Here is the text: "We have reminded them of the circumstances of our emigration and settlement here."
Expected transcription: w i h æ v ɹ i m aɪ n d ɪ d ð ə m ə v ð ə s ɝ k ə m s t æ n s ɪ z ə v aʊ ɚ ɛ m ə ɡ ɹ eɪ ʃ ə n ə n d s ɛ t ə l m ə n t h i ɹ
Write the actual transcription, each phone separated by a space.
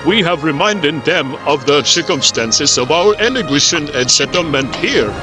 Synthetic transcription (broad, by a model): w i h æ v ɹ i m aɪ n d ɪ d ð ə m ə v ð ə s ɝ k ə m s t æ n s ɪ z ə v aʊ ɚ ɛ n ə ɡ eɪ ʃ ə n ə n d s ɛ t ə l m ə n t h i ɹ